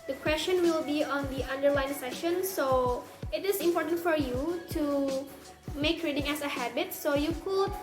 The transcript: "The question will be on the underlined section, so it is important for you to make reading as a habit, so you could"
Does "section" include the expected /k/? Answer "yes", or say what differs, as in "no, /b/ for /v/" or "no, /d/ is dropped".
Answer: no, /k/ is dropped